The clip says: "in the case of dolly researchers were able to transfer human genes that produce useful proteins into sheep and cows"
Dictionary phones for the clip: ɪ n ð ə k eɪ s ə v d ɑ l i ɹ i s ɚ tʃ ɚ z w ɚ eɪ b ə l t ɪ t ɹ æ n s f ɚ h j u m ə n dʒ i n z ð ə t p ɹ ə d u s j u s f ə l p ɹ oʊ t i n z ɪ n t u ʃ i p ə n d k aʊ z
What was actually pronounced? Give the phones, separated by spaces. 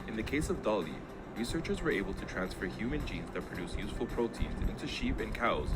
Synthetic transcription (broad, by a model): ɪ n ð ə k eɪ s ə v d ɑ l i ɹ i s ɚ tʃ ɚ z w ɚ eɪ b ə l t ɪ t ɹ æ n s f ɚ h j u m ə n dʒ i n z ð ə t p ɹ ə d u s j u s f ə l p ɹ oʊ t i n z ɪ n t u ʃ i p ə n k aʊ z